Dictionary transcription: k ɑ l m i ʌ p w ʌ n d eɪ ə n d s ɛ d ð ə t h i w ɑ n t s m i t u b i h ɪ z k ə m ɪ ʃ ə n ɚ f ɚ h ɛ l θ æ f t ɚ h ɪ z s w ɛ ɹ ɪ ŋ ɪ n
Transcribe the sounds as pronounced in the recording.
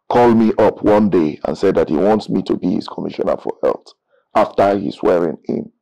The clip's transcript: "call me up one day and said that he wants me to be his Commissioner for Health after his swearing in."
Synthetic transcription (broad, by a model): k ɑ l m i ʌ p w ʌ n d eɪ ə n s ɛ d ð ə t h i w ɑ n t s m i t u b i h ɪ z k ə m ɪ ʃ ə n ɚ f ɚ h ɛ l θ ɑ f t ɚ h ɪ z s w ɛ ɹ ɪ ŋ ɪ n